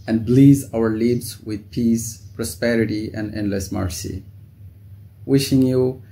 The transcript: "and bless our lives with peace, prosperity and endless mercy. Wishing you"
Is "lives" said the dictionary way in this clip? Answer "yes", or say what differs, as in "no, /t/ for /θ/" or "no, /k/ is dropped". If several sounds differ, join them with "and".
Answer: no, /b/ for /v/